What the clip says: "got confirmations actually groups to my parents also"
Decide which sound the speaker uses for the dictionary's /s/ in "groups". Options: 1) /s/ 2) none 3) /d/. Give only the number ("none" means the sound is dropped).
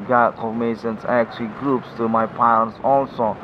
1